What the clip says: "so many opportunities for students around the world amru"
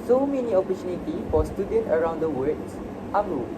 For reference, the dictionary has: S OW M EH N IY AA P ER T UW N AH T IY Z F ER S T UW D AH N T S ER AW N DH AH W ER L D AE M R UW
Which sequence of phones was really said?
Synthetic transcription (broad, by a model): S OW M EH N IY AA P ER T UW N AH T IY F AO S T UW D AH N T ER AW N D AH W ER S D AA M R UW